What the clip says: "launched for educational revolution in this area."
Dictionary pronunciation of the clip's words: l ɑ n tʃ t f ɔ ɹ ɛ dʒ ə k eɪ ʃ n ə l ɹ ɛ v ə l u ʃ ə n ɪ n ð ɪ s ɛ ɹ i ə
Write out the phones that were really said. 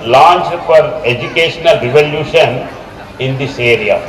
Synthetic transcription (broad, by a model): l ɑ n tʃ f ɔ ɹ ɛ dʒ ə k eɪ ʃ n ə l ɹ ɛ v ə l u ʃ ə n ɪ n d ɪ s ɛ ɹ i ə